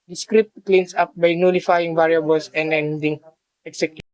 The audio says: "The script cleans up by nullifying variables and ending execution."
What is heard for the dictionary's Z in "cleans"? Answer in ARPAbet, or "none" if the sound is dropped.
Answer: S